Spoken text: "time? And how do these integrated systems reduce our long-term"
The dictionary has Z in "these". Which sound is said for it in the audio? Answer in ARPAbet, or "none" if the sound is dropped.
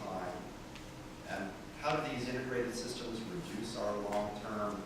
Z